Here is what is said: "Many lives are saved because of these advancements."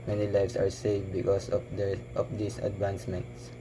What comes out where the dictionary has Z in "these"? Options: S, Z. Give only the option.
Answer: S